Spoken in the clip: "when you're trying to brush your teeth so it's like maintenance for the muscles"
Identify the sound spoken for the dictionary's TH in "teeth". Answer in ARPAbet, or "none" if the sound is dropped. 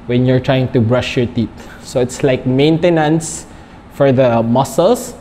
T